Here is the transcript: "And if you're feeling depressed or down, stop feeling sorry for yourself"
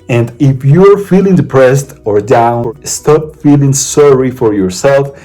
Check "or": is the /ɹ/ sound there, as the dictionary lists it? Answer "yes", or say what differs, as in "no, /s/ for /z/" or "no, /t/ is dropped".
yes